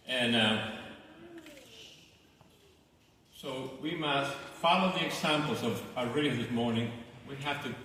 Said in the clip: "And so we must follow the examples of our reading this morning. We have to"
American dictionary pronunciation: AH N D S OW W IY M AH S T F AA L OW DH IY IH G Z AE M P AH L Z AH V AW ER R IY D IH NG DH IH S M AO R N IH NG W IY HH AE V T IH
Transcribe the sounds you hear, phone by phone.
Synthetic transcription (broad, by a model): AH N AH S OW W IY M AH S T F AA L OW DH IY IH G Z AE M P L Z AH V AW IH R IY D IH DH IH S M AO R N IH NG W IY HH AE F T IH